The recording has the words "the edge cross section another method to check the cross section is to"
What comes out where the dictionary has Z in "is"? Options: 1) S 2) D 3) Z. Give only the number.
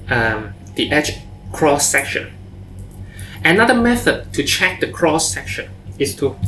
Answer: 1